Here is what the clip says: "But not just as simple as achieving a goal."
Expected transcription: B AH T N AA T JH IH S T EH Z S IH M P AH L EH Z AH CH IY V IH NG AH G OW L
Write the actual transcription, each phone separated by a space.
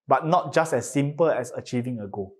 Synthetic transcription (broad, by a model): B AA T N AA T JH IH S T EH S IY M P AH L EH S AH CH IY V IH NG AH G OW